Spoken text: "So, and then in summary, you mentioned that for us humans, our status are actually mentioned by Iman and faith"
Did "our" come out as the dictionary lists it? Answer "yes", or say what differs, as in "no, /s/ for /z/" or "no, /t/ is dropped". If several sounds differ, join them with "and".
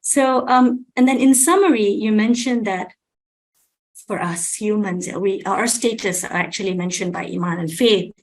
no, /w/ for /ɹ/